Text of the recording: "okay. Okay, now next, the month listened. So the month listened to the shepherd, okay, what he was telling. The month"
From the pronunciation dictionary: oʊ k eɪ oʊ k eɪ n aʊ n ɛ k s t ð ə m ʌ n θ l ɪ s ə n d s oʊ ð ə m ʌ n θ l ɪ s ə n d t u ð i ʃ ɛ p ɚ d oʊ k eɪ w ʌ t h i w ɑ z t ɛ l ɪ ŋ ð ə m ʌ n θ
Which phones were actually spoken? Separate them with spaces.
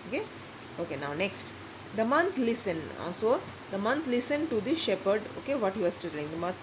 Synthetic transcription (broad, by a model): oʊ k eɪ oʊ k eɪ n aʊ n ɛ k s t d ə m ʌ n t l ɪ s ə n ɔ s oʊ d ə m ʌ n t l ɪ s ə n t u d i ʃ ɛ p ɚ d oʊ k eɪ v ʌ t h i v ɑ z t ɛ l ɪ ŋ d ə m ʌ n